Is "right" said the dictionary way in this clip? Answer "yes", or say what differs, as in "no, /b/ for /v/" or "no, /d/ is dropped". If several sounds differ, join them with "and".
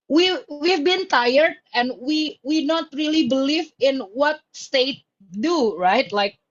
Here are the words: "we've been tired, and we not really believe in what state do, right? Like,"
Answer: yes